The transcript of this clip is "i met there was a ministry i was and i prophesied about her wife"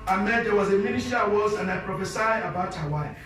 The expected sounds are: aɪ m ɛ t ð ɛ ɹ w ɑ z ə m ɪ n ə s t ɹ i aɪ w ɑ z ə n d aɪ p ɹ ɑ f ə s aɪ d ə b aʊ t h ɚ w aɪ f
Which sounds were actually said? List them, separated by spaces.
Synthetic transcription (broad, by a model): aɪ m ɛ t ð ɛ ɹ w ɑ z ə m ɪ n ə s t i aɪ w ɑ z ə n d aɪ p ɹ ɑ f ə s aɪ ə b aʊ t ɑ w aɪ